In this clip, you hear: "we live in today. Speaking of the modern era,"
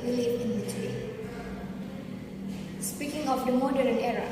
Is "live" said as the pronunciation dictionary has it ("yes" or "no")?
no